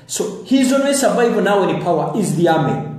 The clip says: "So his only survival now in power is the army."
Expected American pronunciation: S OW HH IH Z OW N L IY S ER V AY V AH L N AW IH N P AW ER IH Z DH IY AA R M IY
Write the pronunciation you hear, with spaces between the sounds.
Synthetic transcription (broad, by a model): S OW HH IH Z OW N W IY S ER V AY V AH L N AW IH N P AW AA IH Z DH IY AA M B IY